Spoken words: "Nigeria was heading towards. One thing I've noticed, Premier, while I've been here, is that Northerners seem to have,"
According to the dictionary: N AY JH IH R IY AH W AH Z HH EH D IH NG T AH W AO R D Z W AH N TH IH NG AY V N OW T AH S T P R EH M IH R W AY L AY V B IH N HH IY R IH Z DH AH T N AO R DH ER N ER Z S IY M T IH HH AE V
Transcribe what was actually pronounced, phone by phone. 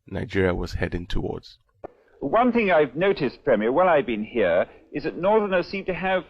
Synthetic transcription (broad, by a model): N AY JH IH R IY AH W AH Z HH EH D IH NG T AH W AO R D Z W AH N TH IH NG AY V N OW T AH S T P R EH M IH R W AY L AY V B IH N HH IY R IH Z DH AH T N AO R DH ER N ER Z S IY M T IH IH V